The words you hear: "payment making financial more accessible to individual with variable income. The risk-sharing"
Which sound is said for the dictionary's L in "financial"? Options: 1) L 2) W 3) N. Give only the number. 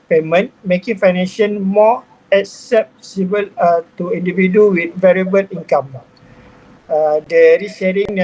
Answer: 3